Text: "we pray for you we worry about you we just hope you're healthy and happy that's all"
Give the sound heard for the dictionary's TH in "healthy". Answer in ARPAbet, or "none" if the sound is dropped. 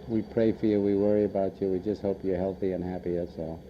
TH